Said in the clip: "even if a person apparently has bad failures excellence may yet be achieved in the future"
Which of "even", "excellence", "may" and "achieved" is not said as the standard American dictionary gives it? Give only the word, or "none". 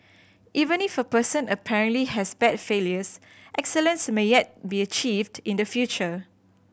none